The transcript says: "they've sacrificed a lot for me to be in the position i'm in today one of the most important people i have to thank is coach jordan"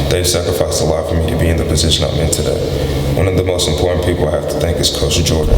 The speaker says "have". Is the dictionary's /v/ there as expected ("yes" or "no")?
no